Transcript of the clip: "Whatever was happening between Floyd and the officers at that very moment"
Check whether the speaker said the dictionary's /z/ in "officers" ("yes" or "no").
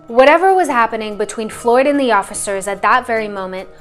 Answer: yes